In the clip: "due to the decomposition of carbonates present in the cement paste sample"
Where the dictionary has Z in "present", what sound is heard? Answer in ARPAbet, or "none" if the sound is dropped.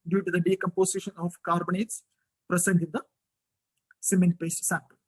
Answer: S